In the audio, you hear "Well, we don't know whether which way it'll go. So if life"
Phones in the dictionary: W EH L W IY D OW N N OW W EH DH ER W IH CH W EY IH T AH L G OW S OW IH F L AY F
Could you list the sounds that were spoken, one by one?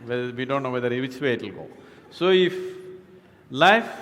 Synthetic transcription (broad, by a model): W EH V IY D OW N N OW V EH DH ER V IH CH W EY IH T AH L G OW S OW IH F L AY F